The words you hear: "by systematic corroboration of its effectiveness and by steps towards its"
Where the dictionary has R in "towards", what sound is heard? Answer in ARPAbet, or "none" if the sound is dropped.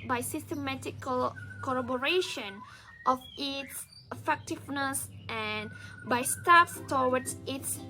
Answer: W